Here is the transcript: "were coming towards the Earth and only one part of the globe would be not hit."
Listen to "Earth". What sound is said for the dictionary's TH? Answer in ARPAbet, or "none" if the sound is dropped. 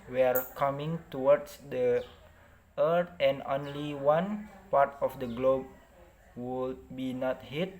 T